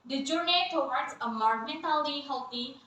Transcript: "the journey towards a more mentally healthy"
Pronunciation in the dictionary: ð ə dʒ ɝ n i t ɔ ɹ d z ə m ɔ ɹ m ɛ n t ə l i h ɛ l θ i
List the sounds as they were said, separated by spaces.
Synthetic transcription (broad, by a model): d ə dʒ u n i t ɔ w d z ə m ɔ ɹ m ɛ n t ə l i h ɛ l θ i